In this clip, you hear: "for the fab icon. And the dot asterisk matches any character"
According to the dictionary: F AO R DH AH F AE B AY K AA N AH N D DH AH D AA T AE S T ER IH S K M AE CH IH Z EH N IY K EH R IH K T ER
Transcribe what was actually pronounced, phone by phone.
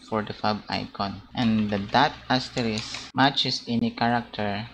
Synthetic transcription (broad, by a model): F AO R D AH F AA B AY K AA N AH N D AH D AA T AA S T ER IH S M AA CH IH S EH N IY K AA R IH K T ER